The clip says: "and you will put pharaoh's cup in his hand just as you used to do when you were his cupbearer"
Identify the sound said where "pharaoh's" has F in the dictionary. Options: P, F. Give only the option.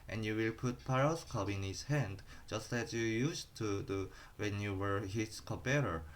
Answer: P